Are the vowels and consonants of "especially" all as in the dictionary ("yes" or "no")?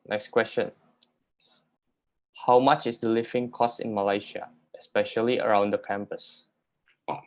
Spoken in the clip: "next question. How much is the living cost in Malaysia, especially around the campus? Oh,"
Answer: yes